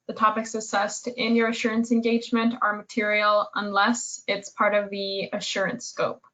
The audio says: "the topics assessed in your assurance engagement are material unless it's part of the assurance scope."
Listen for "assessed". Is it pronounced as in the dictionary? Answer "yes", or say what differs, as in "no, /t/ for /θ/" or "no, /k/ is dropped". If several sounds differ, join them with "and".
yes